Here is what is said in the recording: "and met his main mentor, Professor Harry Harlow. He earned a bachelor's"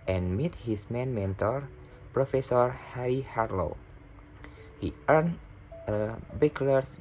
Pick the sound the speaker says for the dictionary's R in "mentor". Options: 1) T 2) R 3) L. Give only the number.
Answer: 2